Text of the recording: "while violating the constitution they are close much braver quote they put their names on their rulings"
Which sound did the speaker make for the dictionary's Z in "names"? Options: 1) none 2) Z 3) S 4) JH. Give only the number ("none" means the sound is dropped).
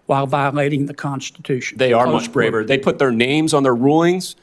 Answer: 2